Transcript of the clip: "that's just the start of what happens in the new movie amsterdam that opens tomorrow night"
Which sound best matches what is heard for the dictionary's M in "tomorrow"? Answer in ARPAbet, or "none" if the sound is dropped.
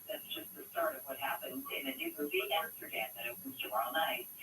none